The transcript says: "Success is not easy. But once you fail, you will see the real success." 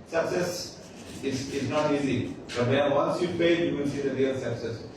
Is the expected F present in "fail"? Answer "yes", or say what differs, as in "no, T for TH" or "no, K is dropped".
no, P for F